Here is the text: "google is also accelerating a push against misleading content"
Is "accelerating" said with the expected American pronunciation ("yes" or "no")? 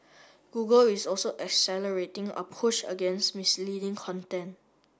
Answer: yes